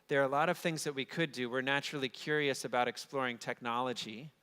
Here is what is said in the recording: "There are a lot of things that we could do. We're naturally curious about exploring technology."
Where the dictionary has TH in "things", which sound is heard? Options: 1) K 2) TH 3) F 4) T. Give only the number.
2